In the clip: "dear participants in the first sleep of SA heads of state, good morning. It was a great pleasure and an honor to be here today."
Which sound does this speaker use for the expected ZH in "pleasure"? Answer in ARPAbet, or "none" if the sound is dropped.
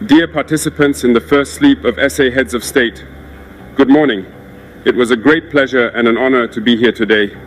ZH